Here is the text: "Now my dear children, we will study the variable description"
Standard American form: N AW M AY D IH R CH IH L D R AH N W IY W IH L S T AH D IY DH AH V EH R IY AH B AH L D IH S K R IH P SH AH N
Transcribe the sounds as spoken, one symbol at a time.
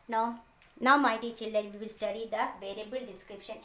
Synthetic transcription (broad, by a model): N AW M AY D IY CH IH L D R AH N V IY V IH L S T AH D IY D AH V EH R IY AH B AH L D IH S K R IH P SH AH N